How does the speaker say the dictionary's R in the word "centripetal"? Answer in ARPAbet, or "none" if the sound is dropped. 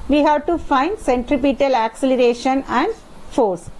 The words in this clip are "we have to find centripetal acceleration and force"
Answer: R